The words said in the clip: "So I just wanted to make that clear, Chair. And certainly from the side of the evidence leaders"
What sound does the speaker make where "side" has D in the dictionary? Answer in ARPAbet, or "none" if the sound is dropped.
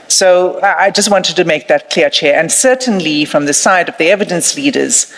D